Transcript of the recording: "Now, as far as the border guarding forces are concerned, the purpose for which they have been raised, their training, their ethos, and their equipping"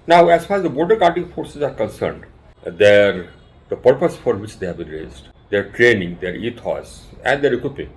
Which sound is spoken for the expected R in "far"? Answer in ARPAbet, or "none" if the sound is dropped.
R